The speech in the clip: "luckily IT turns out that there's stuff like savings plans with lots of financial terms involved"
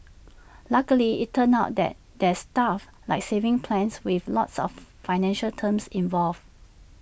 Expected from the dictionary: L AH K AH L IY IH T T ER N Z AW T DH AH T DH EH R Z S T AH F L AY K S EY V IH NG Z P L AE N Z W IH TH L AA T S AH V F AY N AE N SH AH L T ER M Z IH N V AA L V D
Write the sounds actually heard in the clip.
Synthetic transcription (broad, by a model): L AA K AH L IY IH T T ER N AW T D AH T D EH S T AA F L AY K S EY V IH NG P L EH N S W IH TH L AA T S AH F F AY N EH N SH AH L T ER M S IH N V AA L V